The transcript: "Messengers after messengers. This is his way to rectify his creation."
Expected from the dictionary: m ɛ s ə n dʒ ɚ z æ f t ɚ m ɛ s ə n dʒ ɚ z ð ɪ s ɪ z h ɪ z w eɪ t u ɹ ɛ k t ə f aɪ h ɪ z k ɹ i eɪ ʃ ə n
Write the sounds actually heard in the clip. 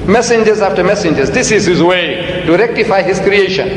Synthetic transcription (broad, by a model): m ɛ s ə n dʒ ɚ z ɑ f t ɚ m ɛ s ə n dʒ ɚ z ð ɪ s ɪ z h ɪ z w eɪ t u ɹ ɛ k t ə f aɪ h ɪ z k ɹ i eɪ ʃ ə n